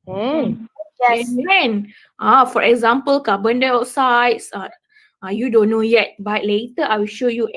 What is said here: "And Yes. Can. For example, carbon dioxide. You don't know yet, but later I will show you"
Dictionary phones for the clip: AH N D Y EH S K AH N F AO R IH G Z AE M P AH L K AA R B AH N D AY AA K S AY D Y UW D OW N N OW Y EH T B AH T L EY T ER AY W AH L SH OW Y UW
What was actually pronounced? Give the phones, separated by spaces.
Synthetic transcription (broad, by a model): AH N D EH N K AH F AO R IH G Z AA M P AH L K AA B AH N D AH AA S AY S Y UW D OW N N OW Y EH T B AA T L EY T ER AY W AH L SH OW Y UW